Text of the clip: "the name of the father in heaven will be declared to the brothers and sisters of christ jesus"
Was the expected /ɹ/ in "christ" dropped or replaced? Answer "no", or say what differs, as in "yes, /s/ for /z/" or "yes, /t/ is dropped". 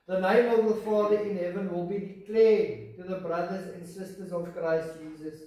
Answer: no